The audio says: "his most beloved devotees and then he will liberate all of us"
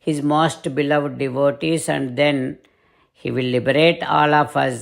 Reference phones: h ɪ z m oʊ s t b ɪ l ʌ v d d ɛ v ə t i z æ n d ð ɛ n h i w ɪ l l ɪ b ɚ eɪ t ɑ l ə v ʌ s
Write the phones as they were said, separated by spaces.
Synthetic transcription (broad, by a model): h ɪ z m oʊ s t b ɪ l ʌ v d d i v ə t i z æ n d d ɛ n h i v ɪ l l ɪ b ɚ eɪ t ɑ l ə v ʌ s